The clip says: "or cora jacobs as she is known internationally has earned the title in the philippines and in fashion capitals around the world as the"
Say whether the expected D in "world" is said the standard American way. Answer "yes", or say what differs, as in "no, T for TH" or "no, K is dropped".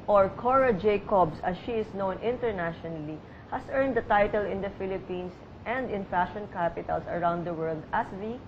yes